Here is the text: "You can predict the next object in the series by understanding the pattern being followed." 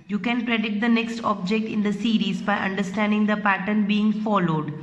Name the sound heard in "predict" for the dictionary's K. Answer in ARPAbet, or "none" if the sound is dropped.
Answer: none